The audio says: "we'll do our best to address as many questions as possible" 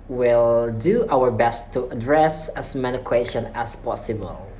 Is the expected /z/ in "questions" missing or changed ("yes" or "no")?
yes